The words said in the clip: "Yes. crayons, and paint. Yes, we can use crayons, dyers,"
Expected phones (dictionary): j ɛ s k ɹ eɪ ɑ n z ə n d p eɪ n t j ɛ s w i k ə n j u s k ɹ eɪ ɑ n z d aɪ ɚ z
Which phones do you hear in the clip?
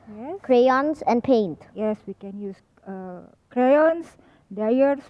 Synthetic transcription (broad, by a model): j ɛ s k ɹ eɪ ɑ n s ə n d p eɪ n t j ɛ s w i k ə n j u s k ɹ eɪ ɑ n s d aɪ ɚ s